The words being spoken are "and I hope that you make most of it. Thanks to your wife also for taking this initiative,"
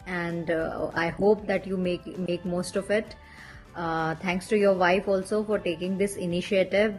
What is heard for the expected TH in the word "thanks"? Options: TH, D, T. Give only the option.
T